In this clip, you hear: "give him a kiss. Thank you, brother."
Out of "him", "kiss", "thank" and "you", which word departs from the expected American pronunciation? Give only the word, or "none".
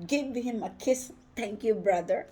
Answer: thank